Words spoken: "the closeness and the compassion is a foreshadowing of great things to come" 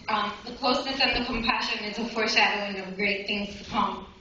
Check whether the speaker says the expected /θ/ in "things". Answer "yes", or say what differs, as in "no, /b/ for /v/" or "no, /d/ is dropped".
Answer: yes